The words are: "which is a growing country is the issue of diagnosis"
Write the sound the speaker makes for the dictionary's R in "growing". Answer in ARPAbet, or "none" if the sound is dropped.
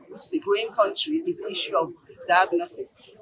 none